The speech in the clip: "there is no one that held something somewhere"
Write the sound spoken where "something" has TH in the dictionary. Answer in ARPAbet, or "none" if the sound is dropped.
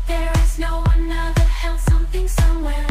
TH